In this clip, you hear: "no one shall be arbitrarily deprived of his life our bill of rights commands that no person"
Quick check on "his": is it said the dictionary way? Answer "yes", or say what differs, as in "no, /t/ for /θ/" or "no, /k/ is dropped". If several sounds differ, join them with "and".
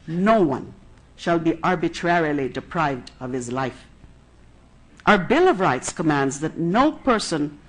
yes